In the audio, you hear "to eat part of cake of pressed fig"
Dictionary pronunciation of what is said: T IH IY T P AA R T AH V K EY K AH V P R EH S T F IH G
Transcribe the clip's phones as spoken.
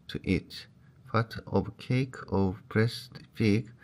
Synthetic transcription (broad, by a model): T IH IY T F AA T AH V K EY K AH V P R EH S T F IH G